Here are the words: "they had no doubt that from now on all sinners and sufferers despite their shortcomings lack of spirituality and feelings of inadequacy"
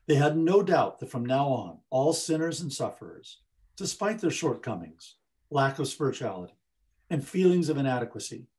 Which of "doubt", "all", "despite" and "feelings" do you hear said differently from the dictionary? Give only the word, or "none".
none